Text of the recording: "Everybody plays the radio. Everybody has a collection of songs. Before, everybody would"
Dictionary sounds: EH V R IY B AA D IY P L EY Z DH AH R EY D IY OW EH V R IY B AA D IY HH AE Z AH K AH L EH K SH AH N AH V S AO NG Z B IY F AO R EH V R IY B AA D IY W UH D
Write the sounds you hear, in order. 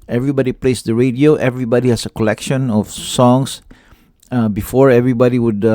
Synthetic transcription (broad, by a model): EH V R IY B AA D IY P L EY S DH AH R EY D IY OW EH V R IY B AA D IY HH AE S AH K AH L EH K SH AH N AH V S AO NG S B IY F AO R EH V R IY B AA D IY W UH D